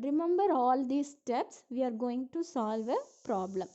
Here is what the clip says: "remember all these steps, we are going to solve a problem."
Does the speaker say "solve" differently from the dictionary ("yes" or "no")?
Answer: no